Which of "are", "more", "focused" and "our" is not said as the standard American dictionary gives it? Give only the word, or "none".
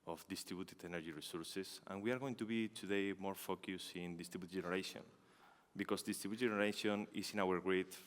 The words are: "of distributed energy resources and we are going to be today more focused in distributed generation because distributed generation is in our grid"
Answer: focused